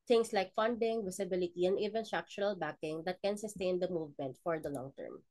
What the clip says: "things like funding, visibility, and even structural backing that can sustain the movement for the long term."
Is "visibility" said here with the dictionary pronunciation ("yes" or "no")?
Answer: no